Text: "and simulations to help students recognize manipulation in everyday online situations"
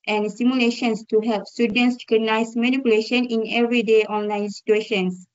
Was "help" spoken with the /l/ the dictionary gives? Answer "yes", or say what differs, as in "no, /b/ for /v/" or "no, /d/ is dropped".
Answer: yes